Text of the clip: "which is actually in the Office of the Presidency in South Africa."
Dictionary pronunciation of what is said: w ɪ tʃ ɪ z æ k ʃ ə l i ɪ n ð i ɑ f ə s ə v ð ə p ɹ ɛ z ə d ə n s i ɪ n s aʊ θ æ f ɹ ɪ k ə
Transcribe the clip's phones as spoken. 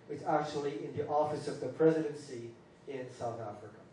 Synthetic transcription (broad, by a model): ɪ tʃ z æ k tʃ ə l i ɪ n ð i ɑ f ə s ə v ð ə p ɹ ɛ z ə d ə n s i ɪ n s aʊ θ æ f ɹ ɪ k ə